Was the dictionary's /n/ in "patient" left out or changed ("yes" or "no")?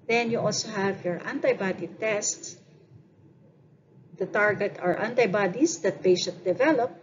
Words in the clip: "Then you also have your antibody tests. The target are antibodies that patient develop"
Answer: yes